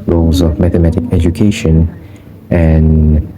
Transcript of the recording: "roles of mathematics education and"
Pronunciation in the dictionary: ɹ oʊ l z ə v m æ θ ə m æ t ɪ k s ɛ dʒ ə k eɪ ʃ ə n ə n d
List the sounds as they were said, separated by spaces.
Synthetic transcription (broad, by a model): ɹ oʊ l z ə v m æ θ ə m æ t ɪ k ɛ dʒ ə k eɪ ʃ ə n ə n